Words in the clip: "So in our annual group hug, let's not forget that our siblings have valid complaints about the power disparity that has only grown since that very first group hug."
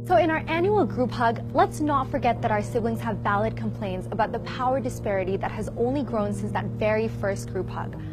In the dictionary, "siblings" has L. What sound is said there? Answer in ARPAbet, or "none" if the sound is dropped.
L